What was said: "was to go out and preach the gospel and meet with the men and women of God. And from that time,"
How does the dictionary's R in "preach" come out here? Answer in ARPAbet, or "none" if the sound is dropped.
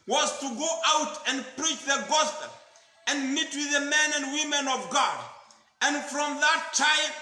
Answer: R